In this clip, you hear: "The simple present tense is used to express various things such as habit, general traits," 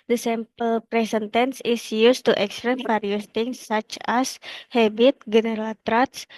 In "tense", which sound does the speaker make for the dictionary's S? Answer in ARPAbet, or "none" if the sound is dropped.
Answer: S